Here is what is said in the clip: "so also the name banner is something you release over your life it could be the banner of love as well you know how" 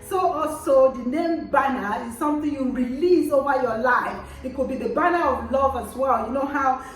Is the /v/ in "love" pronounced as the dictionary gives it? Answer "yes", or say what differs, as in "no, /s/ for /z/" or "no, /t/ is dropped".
yes